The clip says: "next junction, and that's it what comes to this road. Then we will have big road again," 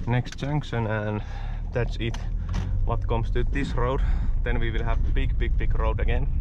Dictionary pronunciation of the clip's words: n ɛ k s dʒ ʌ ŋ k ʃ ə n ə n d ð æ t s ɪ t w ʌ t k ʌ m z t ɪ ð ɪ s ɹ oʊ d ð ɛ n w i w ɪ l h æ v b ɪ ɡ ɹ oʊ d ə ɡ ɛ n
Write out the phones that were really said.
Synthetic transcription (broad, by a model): n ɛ k s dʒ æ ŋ k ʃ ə n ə n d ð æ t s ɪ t w ʌ t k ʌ m s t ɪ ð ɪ s ɹ oʊ d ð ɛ n w i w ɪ l h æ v b ɪ ɡ ɹ oʊ d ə ɡ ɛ n